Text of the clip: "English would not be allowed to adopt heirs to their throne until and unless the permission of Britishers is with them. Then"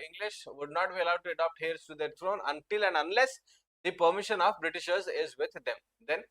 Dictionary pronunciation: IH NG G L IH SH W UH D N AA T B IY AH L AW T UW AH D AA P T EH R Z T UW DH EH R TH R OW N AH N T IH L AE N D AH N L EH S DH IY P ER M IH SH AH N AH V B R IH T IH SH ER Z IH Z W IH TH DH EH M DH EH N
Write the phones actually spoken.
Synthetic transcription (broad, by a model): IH NG G L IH SH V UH D N AA T B IY AH L AW T UW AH D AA P T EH R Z T UW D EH R T R OW N AH N T IH L AE N D AH N L EH S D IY P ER M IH SH AH N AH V B R IH T IH SH ER Z IH Z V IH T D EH M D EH N